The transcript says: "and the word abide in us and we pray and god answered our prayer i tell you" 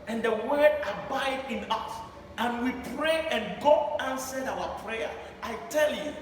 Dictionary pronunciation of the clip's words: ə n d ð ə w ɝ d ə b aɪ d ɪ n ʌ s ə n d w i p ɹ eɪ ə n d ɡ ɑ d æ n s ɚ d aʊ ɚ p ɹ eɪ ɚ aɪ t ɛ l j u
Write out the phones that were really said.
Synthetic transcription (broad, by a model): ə n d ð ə w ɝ d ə b aɪ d ɪ n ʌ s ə n w i p ɹ eɪ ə n ɡ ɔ æ n s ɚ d aʊ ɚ p ɹ eɪ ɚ aɪ t ɛ l j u